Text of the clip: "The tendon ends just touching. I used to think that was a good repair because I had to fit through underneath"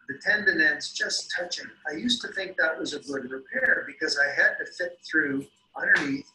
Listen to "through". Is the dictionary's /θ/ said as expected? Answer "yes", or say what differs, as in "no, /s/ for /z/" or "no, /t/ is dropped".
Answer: yes